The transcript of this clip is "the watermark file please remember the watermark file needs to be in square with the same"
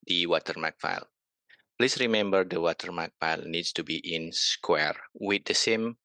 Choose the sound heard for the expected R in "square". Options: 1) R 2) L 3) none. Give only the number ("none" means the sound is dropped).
1